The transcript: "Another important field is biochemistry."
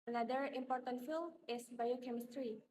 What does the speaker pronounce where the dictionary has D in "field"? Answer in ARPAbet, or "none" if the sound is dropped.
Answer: none